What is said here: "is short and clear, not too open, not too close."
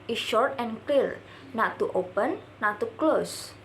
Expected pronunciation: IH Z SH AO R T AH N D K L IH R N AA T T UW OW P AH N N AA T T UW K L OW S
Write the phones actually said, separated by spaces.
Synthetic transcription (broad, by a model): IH SH AO R T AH N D K L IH R N AA T T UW OW P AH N N AA T T UW K L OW S